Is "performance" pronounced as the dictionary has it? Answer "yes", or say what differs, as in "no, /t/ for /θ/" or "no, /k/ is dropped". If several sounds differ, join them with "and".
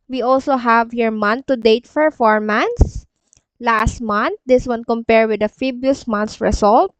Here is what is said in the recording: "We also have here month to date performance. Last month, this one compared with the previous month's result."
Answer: no, /f/ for /p/